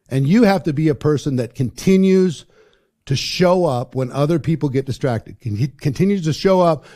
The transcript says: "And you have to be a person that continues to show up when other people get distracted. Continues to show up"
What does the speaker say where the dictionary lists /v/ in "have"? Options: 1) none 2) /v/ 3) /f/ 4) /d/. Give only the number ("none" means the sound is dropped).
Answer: 3